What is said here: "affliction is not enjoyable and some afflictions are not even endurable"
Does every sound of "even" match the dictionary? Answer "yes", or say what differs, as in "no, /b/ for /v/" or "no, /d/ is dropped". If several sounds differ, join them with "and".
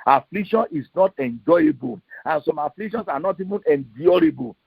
yes